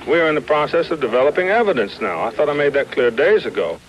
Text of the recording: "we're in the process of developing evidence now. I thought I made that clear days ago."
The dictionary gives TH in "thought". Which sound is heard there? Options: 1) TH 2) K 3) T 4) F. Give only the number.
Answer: 1